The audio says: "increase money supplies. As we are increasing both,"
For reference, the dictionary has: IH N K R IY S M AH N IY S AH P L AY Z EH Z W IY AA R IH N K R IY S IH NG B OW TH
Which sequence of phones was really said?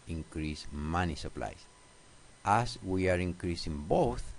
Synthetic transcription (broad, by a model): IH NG K R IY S M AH N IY S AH P L AY S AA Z W IY AA R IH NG K R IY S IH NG B OW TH